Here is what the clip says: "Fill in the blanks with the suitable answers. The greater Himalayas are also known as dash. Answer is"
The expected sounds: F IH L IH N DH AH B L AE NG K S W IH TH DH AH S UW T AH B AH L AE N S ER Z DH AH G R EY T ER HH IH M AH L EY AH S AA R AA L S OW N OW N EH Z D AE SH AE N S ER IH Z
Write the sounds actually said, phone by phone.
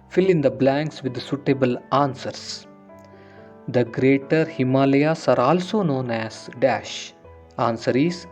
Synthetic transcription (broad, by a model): F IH L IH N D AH B L AE NG K S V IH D S UW T AH B AH L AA N S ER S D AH G R EY T ER HH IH M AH L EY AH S AA R AA L S OW N OW N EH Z D AE SH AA N S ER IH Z